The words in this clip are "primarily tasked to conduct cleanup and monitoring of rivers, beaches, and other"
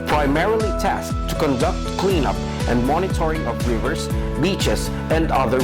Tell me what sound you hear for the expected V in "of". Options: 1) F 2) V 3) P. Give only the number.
3